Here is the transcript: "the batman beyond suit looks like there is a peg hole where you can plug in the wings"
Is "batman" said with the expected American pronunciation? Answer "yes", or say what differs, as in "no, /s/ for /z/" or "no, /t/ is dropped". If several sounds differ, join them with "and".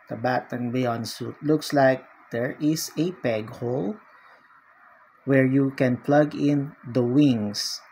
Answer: no, /m/ is dropped